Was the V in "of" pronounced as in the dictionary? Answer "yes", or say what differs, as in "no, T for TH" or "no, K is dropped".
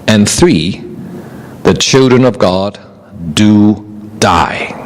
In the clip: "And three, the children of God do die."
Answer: yes